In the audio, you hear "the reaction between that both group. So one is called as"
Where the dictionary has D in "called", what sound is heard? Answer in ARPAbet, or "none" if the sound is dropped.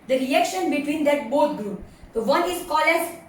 none